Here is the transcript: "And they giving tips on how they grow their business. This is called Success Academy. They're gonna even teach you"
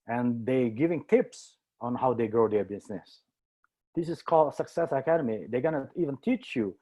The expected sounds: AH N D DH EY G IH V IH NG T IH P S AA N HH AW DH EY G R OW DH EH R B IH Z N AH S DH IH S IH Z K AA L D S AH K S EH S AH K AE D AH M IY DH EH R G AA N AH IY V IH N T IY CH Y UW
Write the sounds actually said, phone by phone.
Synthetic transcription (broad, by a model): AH N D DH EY G IH V IH NG T IH P S AA N HH AW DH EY G R OW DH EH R B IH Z N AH S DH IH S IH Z K AA L D S AH K S EH S AH K AE D AH M IY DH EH G AA N AH IY V IH N T IY CH Y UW